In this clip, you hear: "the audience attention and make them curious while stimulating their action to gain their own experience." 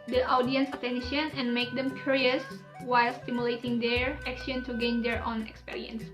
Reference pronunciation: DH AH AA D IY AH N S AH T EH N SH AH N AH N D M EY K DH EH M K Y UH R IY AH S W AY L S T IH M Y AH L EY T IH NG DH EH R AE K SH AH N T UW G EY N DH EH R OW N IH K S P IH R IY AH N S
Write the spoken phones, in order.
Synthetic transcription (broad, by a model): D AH AA D IY AH N S AH T EH N SH AH N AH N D M EY K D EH M K Y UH R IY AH S W AY L S T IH M Y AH L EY T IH NG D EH R AE K SH AH N T UW G EY N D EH R OW N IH K S P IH R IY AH N S